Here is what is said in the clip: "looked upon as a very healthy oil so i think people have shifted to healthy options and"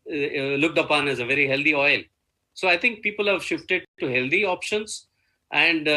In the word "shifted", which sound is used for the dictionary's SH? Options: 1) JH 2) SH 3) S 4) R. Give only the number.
2